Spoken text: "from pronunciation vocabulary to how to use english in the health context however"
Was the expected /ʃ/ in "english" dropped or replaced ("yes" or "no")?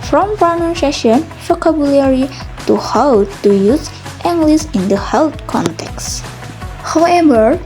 yes